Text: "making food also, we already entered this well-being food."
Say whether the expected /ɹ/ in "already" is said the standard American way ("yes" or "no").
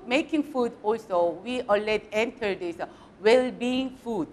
no